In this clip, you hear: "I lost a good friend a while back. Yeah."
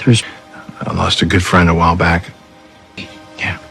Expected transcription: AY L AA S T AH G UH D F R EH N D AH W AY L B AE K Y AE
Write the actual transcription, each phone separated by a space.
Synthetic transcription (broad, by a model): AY L AA S T AH G UH D F R EH N D AH W AY L B AE K Y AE